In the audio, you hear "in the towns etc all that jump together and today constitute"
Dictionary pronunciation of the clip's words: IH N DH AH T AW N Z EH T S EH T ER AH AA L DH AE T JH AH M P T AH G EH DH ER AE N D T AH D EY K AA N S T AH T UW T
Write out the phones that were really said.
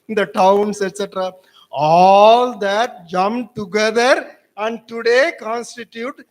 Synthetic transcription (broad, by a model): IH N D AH T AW N S EH T S EH T ER AH AA L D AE T JH AH M P T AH G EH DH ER AE N D T AH D EY K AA N S T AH T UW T